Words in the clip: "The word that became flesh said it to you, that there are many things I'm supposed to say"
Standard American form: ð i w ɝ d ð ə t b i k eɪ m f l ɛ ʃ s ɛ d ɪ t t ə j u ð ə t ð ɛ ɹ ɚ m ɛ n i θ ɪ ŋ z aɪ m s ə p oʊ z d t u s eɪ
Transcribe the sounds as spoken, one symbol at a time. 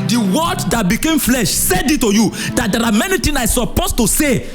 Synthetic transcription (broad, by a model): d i w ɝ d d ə t b i k eɪ m f l ɛ ʃ s ɛ d ɪ t t ə j u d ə t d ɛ ɹ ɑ m ɛ n i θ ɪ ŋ aɪ s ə p oʊ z t u s eɪ